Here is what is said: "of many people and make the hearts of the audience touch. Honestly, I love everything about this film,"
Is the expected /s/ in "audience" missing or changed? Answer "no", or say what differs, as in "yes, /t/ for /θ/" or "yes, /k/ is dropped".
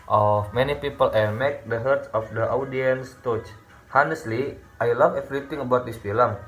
no